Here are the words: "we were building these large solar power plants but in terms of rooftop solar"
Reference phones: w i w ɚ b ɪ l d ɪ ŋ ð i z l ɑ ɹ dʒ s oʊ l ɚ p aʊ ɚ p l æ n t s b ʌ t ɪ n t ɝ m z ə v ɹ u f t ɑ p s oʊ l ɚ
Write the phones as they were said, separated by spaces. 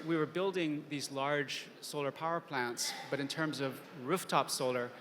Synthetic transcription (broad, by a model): w i w ɚ b ɪ l d ɪ ŋ ð i z l ɑ ɹ dʒ s oʊ l ɚ p aʊ ɚ p l æ n t s b ʌ t ɪ n t ɝ m z ə v ɹ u f t ɑ p s oʊ l ɚ